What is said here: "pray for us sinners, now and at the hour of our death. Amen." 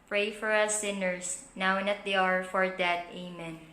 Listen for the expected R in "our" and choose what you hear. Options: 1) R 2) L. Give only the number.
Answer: 1